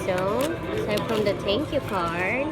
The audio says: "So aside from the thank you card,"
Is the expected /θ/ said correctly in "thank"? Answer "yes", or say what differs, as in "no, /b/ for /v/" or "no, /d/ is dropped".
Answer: no, /t/ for /θ/